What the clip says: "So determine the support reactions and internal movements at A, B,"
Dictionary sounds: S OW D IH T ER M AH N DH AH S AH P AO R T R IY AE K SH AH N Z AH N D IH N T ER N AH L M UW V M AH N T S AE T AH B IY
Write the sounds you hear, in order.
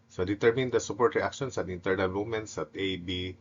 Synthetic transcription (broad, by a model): S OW D IH T ER M AH N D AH S AH P AO R T R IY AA K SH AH N S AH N IH N T ER N AH L M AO M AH N T S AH T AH B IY